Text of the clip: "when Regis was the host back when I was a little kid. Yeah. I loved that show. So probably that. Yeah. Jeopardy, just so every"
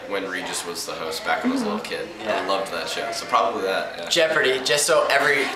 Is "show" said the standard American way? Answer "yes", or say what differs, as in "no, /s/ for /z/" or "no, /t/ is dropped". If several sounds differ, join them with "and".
yes